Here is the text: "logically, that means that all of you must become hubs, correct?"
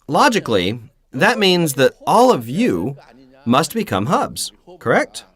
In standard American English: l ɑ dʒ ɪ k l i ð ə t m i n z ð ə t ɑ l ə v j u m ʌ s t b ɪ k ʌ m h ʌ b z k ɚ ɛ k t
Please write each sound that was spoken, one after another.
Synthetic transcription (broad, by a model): l ɑ dʒ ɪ k l i ð ə t m i n z ð ə t ɑ l ə v j u m ʌ s t b ɪ k ʌ m h ʌ b z k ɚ ɛ k t